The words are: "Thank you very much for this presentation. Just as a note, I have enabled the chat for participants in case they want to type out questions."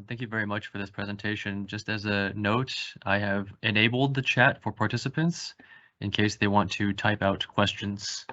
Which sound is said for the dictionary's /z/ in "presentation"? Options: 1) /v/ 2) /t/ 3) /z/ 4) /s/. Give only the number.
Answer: 3